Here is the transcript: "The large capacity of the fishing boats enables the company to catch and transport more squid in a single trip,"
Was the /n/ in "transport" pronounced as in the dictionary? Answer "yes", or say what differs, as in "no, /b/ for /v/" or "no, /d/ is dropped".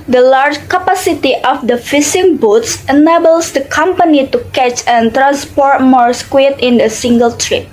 yes